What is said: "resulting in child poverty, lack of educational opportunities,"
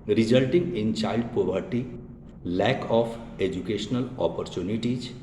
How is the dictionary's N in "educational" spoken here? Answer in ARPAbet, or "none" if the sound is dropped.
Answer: N